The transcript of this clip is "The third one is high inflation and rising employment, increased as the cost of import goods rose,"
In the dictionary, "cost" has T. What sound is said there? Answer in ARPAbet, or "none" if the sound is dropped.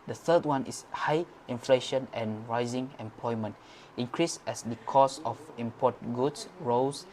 none